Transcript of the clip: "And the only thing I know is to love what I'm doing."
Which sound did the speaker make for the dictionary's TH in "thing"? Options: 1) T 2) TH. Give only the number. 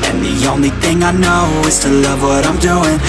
2